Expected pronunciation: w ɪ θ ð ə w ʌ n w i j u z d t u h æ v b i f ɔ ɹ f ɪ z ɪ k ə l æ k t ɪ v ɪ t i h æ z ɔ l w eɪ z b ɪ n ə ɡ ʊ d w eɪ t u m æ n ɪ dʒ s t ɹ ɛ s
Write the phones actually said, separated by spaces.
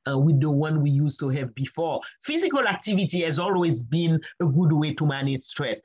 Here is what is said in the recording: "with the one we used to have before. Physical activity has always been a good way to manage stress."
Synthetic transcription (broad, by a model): w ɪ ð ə w ʌ n w i j u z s t u h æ v b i f ɔ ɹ f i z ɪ k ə l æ k t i v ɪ t i h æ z ɔ l w eɪ z b ɪ n ə ɡ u d w eɪ t u m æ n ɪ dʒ s t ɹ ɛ s